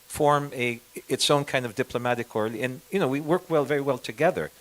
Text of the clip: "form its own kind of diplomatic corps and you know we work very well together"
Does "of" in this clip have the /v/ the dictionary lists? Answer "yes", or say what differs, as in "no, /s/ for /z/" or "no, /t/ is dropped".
yes